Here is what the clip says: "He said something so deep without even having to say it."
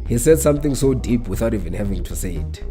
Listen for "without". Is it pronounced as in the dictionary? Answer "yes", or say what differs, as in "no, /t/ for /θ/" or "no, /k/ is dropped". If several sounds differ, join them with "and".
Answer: yes